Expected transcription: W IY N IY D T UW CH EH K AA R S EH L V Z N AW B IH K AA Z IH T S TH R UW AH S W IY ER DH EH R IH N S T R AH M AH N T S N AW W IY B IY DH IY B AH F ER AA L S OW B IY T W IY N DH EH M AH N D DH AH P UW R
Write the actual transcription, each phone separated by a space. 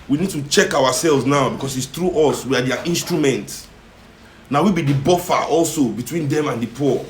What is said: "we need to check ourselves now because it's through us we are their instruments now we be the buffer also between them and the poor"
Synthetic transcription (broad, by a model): W IY N IY D T UW CH EH K AA W S EH L V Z N AW B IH K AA S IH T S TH R UW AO S W IY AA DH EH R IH N S T R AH M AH N T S N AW W IY B IY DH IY B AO F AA AA L S OW B IY T W IY N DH EH M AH N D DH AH P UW